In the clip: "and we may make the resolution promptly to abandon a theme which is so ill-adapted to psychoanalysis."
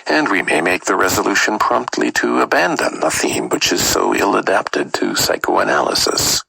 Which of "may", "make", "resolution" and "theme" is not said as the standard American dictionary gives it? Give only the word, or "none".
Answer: none